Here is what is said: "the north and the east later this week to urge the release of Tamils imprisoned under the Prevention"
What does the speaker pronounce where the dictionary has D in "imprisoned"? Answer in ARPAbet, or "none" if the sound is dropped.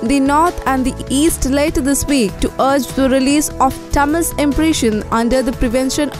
none